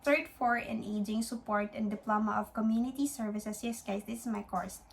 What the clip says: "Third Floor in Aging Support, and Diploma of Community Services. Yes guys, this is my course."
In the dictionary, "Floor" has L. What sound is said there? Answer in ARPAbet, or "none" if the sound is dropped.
none